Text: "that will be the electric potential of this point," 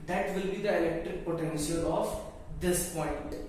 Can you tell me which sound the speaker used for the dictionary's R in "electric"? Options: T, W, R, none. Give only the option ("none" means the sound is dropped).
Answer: R